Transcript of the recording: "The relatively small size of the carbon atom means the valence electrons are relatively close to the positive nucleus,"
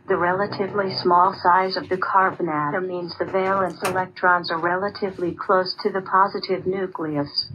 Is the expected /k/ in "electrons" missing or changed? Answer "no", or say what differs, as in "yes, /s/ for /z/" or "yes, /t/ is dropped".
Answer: no